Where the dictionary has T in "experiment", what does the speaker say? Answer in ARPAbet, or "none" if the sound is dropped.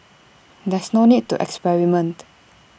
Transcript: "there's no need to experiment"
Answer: T